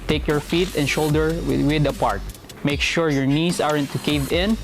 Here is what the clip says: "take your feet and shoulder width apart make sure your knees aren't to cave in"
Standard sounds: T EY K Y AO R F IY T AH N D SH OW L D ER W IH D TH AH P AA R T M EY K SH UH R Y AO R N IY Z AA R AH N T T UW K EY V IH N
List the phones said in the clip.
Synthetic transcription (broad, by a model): T EY K Y AO R F IY T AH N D SH OW L D ER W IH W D AH P AA R T M EY K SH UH R Y AO R N IY S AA R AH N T T UW K EY V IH N